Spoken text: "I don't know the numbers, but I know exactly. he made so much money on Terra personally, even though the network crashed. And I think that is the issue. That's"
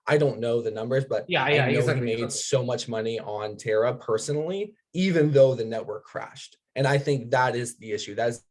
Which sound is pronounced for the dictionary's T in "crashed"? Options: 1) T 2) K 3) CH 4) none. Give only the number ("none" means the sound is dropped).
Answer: 1